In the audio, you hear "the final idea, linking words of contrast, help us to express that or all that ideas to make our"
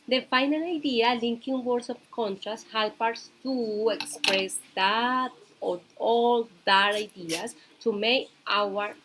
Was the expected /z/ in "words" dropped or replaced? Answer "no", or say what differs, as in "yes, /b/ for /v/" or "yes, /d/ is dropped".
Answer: yes, /s/ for /z/